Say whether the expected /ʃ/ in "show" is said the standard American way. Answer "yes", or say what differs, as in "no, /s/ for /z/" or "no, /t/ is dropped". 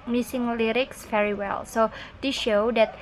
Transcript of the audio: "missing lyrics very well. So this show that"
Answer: yes